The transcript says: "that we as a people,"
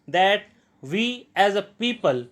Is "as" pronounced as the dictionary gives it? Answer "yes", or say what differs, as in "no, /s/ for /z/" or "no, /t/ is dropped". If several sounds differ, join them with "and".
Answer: yes